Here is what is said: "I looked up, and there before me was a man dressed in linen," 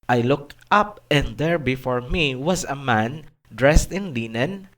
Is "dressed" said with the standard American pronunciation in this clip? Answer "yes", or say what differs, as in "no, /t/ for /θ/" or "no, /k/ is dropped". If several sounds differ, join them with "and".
yes